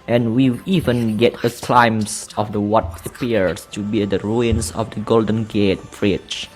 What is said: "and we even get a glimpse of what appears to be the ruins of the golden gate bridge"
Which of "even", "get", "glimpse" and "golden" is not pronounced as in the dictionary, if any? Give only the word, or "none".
glimpse